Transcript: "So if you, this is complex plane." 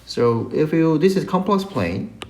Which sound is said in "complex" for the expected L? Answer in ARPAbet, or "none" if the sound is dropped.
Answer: L